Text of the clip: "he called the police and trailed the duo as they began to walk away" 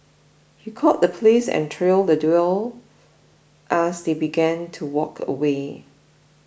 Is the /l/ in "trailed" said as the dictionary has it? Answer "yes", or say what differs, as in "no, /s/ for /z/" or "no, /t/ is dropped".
yes